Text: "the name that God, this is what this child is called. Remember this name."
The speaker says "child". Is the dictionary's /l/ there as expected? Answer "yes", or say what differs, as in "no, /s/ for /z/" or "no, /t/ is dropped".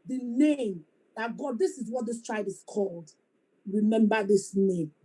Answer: no, /l/ is dropped